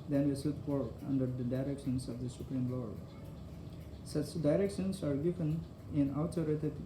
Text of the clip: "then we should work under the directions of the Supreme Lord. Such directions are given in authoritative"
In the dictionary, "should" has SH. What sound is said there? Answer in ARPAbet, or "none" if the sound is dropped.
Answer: S